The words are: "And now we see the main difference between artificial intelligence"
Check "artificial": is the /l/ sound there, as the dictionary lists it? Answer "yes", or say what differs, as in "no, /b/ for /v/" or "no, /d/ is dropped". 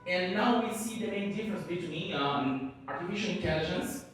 no, /n/ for /l/